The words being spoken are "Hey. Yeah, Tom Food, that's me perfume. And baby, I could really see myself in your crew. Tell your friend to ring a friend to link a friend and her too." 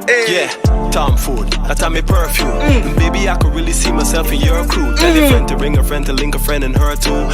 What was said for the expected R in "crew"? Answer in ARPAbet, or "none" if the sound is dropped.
none